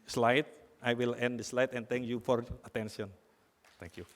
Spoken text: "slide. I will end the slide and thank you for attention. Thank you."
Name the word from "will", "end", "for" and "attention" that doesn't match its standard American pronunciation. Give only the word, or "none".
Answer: attention